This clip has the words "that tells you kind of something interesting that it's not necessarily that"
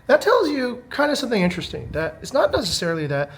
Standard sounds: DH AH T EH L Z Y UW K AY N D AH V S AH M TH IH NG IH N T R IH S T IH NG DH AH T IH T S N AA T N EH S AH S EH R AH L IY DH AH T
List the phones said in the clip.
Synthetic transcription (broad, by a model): DH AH T EH L Z Y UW K AY N D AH S AH M TH IH NG IH N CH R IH S T IH NG DH AH T IH T S N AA T N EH S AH S EH R L IY DH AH T